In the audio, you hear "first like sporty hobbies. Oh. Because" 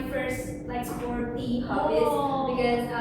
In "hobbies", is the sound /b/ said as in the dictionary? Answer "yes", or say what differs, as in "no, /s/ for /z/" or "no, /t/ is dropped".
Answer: no, /b/ is dropped